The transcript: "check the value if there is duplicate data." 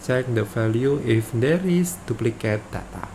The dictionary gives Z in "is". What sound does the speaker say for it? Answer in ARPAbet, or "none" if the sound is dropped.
S